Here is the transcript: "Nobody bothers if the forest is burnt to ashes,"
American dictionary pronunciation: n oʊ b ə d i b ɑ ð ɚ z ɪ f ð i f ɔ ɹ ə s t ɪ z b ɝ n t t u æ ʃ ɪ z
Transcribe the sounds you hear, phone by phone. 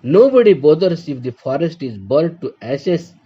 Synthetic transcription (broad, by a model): n oʊ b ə d i b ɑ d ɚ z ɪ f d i f ɔ ɹ ə s t ɪ z b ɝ l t t u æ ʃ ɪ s